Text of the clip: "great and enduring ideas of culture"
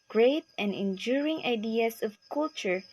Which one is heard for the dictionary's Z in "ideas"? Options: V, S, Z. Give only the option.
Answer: S